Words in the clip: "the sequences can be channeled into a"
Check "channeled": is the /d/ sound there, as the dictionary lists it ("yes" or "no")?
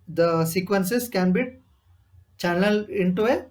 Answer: no